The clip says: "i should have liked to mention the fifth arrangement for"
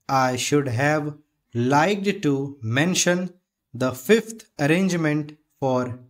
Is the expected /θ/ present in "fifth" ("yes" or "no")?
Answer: no